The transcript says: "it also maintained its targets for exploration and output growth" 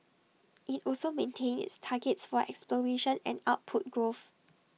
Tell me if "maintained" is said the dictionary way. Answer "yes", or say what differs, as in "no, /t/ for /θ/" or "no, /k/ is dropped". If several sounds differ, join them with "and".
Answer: no, /d/ is dropped